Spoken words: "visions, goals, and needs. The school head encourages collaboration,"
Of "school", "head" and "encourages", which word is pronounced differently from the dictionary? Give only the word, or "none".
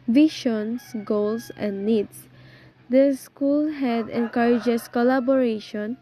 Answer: encourages